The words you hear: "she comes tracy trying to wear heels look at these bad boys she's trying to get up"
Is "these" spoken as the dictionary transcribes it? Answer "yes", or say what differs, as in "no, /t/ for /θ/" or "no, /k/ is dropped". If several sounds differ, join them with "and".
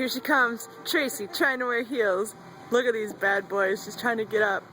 yes